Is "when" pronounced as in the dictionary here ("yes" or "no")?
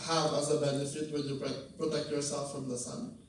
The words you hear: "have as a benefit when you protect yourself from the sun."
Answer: no